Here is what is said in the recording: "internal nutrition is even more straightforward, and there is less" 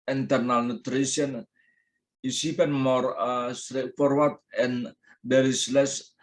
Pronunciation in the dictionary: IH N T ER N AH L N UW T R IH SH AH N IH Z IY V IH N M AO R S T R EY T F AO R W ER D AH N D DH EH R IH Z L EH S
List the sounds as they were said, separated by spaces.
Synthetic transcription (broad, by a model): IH N T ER N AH L N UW T R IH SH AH N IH S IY P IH N M AO R S T R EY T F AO R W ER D AH N D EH R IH S L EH S